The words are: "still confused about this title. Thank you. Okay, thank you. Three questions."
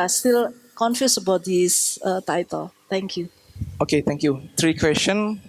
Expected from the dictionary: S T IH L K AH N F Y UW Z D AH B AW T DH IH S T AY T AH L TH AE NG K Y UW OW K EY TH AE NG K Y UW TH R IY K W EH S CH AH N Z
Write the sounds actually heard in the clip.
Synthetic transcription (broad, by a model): S T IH L K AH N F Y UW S AH B AW T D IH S T AY T AH L T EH NG K Y UW OW K EY T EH NG K Y UW T R IY K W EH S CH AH N